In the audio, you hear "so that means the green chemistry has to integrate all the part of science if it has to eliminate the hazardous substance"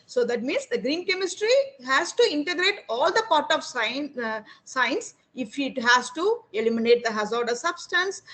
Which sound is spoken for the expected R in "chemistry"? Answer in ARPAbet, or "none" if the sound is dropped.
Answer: R